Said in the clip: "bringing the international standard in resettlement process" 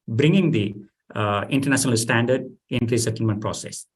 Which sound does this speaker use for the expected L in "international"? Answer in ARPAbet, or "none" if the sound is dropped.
L